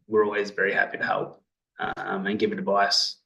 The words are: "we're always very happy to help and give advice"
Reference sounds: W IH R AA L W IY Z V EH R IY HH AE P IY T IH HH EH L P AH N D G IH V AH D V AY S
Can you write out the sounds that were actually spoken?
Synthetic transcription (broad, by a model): W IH R AA L W IY Z V EH R IY HH AE P IY T IH HH EH L P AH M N G IH V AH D V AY S